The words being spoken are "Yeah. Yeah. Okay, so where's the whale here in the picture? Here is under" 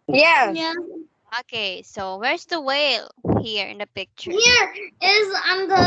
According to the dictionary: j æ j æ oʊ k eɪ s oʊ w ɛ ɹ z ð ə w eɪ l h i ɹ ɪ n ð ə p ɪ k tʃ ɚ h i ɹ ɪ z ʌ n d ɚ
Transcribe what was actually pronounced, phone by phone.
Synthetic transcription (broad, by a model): j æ j æ oʊ k eɪ s oʊ w ɛ ɹ z ð ə w eɪ l h i ɹ ɪ n ð ə p ɪ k tʃ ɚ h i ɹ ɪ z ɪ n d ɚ